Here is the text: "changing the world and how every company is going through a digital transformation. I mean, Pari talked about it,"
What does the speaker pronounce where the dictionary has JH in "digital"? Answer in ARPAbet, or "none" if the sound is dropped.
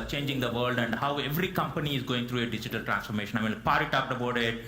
JH